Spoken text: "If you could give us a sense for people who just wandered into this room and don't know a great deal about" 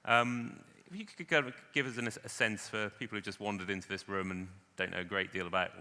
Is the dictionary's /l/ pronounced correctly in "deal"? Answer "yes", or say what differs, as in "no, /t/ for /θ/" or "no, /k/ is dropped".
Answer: yes